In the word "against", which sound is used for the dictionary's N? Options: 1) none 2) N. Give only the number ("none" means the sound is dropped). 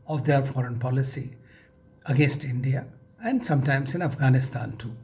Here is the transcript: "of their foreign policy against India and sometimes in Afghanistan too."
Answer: 2